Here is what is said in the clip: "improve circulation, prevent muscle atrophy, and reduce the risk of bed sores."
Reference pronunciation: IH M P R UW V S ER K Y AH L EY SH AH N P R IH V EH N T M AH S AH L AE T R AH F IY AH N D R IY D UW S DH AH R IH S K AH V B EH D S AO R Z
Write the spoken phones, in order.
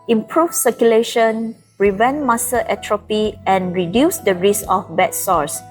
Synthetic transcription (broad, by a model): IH M P R UW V S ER K Y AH L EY SH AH N R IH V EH N M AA S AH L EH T R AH P IY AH N R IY D UW S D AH R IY S AH F B EH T S AO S